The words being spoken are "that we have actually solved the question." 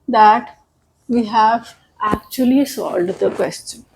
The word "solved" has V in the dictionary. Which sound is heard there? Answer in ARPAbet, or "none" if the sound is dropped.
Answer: none